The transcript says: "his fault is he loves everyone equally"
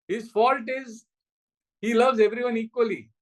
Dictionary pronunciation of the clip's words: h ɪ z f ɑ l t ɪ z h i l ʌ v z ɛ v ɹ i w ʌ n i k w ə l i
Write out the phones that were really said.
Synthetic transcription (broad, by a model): h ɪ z f ɑ l t ɪ z h i l ʌ v z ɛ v ɹ i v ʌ n i k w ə l i